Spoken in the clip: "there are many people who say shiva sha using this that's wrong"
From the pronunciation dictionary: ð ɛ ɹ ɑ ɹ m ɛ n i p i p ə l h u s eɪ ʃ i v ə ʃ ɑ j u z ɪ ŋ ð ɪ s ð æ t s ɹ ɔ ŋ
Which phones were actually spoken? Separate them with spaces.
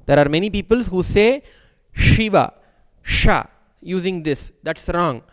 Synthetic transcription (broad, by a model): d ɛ ɹ ɑ ɹ m ɛ n i p i p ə l h u s eɪ ʃ i v ə ʃ ɑ j u z ɪ ŋ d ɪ s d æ t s ɹ ɔ ŋ